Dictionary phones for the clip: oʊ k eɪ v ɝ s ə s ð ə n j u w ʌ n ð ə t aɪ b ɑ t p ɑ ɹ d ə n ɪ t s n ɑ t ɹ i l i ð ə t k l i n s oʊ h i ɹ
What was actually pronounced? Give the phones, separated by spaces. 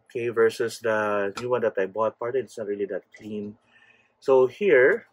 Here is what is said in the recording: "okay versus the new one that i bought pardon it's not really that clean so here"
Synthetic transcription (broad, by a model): k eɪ v ɝ s ə s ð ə n j u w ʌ n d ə t aɪ b ɑ t p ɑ ɹ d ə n ɪ t s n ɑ t ɹ i l i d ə t k l i n s oʊ h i ɹ